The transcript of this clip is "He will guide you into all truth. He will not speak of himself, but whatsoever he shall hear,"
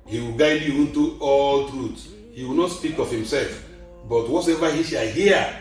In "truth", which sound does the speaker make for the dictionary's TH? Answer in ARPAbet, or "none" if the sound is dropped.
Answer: T